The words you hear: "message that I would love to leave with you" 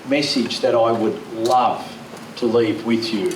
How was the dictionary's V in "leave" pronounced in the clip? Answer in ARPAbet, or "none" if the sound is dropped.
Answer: V